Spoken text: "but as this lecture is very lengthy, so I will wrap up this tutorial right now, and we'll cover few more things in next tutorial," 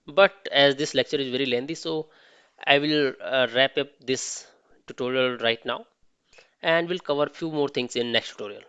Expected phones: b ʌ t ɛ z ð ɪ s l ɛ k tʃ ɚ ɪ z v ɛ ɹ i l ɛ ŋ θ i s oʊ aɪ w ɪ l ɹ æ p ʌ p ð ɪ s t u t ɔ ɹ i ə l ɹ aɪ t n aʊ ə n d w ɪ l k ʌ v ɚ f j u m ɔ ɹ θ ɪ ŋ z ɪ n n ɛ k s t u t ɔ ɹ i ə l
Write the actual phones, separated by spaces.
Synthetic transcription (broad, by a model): b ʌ t ɛ z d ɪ s l ɛ k tʃ ɚ ɪ z v ɛ ɹ i l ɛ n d i s oʊ aɪ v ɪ l ɹ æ p ʌ p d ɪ s t u t ɔ ɹ i ə l ɹ aɪ t n aʊ ə n d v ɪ l k ʌ v ɚ f j u m ɔ ɹ t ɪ ŋ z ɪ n n ɛ k s t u t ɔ ɹ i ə l